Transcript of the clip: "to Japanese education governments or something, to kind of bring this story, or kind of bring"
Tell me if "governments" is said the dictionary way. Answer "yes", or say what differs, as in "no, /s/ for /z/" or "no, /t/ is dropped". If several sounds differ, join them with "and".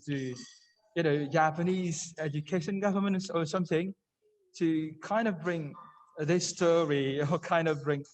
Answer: yes